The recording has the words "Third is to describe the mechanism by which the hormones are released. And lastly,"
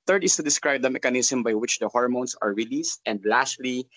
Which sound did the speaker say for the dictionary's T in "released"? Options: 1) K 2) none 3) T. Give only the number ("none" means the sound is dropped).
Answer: 3